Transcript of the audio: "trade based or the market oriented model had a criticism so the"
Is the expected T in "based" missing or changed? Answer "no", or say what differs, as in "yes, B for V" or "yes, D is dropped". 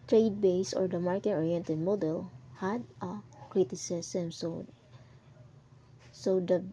yes, T is dropped